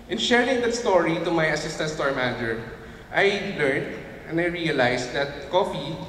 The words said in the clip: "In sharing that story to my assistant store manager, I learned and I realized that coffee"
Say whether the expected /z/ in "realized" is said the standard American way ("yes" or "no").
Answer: no